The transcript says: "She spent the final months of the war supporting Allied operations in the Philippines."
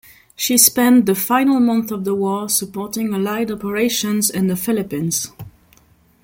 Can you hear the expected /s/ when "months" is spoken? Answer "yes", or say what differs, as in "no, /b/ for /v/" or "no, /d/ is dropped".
no, /s/ is dropped